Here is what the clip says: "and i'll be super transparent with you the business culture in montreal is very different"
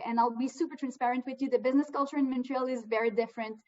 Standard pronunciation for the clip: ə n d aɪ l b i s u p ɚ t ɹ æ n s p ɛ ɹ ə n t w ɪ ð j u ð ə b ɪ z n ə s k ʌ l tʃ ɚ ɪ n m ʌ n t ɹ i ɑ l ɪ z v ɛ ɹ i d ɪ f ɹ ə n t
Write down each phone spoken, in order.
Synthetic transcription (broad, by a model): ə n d aɪ l b i s u p ɚ t ɹ æ n s p ɛ ɹ ə n t w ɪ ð j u ð ə b ɪ z n ə s k ʌ l tʃ ɚ ɪ n m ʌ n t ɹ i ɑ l ɪ z v ɛ ɹ i d ɪ f ɹ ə n t